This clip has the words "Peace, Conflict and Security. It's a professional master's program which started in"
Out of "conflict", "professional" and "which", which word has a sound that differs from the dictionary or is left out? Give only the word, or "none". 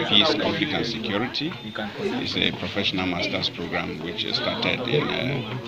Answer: conflict